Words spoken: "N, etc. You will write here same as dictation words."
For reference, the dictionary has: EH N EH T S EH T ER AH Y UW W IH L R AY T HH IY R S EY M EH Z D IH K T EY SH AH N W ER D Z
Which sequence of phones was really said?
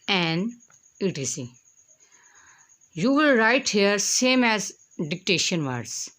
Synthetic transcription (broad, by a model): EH N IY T IY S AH Y UW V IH L R AY T HH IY R S EY M EH Z D IH K T EY SH AH N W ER D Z